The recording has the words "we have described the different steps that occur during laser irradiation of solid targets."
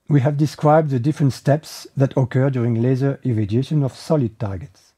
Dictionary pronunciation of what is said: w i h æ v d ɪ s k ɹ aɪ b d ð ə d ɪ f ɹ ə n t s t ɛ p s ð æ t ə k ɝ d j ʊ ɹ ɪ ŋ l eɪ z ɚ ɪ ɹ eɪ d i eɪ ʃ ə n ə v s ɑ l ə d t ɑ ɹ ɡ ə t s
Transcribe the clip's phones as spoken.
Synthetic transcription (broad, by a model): w i h æ v d ɪ s k ɹ aɪ b d ð ə d ɪ f ɹ ə n t s t ɛ p s ð æ t ə k ɝ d j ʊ ɹ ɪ ŋ l eɪ z ɚ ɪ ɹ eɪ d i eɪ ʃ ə n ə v s ɑ l ə d t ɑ ɹ ɡ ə t s